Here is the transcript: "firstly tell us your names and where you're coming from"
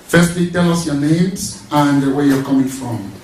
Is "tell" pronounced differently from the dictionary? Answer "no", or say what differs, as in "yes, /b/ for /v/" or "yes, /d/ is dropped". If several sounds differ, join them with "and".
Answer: no